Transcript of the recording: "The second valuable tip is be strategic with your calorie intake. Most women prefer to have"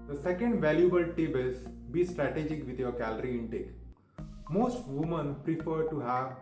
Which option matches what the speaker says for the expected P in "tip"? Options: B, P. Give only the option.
B